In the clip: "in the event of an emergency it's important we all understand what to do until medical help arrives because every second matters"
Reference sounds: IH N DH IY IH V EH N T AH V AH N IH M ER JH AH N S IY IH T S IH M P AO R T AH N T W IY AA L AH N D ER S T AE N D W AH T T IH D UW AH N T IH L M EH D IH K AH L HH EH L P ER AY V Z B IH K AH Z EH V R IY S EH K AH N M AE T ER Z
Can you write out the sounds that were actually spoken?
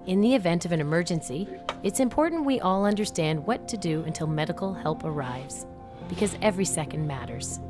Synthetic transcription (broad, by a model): IH N DH IY IH V EH N T AH V AH N IH M ER JH AH N S IY IH T S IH M P AO R T N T W IY AA L AH N D ER S T AE N D W AH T T IH D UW AH N T IH L M EH D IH K L HH EH L P ER AY V Z B IH K AH Z EH V R IY S EH K N M AE T ER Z